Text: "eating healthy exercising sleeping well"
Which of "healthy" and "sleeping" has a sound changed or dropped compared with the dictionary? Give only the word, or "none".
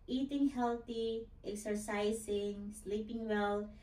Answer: healthy